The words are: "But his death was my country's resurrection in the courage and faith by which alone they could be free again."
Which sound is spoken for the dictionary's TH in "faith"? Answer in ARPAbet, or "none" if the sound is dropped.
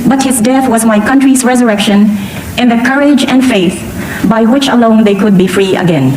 TH